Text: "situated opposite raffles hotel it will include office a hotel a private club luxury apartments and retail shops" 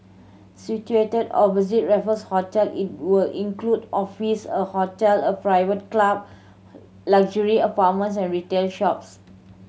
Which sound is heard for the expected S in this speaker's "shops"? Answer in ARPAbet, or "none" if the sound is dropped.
S